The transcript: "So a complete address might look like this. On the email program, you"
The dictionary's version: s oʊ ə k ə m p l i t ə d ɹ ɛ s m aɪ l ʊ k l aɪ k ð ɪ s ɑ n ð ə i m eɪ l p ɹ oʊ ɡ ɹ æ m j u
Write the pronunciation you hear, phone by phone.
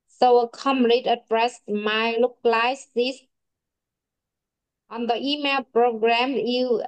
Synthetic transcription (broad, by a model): s oʊ ə k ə m l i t ə d ɹ ɛ s m aɪ l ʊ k l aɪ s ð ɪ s ɑ n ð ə i m eɪ l p ɹ oʊ ɡ ɹ æ m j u